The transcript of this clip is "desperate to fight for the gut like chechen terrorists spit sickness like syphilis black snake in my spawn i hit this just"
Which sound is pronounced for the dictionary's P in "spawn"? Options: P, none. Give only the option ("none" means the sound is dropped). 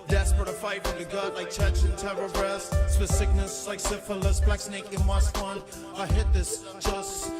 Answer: none